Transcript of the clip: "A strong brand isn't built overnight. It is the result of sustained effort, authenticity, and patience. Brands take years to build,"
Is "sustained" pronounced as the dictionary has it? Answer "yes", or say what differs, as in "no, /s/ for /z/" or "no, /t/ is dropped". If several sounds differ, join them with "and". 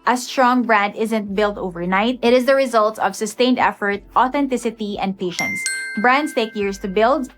yes